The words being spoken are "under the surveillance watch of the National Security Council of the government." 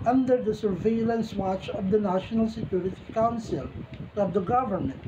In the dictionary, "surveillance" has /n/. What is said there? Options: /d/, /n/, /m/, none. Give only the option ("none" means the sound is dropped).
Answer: /n/